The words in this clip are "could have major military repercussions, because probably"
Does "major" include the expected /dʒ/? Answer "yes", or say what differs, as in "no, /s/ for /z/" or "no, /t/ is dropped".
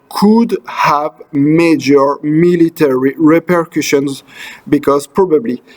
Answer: yes